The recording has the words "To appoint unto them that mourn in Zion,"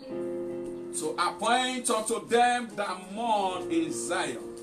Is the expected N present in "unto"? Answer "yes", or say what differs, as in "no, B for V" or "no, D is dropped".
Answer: no, N is dropped